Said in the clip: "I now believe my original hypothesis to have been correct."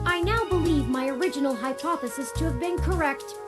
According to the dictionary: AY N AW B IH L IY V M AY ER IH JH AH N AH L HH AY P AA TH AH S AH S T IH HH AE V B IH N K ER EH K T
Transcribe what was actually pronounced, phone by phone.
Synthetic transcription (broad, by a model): AY N AW B IH L IY V M AY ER IH JH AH N L HH AY P AA TH AH S AH S T IH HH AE V B IH N K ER EH K T